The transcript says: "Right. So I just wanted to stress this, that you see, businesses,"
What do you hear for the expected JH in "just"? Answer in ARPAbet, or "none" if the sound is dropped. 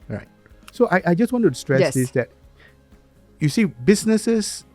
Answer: JH